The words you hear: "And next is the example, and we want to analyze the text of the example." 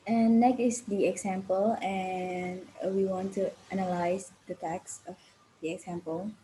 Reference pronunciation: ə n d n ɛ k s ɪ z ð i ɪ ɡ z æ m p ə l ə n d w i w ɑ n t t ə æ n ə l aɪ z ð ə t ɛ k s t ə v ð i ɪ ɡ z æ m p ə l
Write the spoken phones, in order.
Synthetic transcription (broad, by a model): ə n n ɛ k ɪ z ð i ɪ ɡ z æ m p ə l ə n w i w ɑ n t t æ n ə l aɪ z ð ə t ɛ k s ə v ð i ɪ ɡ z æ m p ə l